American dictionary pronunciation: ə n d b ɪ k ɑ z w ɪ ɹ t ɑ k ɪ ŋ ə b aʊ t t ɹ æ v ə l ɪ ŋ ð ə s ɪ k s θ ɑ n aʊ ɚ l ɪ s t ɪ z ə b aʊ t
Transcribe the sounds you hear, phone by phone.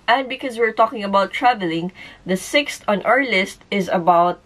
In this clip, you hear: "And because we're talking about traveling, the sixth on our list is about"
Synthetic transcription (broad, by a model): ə n d b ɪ k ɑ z w ɪ ɹ t ɑ k ɪ ŋ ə b aʊ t t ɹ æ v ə l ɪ ŋ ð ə s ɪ k s t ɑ n aʊ ɚ l ɪ s t ɪ z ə b aʊ t